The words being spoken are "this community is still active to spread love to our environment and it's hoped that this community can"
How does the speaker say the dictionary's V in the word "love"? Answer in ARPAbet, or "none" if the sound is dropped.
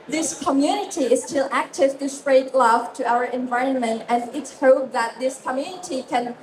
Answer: F